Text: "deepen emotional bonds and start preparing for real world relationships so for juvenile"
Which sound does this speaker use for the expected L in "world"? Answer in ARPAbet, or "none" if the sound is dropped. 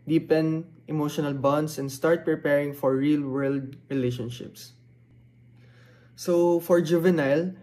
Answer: L